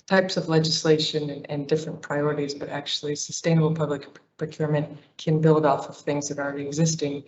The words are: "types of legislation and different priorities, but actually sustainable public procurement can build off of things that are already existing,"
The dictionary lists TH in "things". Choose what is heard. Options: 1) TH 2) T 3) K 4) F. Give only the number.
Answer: 1